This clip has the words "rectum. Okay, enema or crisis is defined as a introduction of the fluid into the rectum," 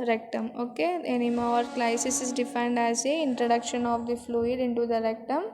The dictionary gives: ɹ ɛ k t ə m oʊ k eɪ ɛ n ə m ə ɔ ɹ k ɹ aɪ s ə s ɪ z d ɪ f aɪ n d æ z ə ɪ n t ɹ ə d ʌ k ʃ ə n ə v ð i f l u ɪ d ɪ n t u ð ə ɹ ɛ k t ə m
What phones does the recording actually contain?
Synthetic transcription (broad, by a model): ɹ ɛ k t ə m oʊ k eɪ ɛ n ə m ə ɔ ɹ k l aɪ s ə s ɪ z d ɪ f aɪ n d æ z ə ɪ n t ɹ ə d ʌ k ʃ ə n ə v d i f l u ɪ d ɪ n t u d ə ɹ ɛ k t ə m